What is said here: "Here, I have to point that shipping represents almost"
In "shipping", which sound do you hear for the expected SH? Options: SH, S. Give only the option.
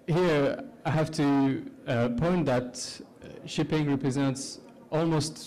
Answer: SH